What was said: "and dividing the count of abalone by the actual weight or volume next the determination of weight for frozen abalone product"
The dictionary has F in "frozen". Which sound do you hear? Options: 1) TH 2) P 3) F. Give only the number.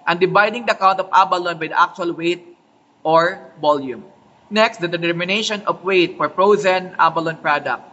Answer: 2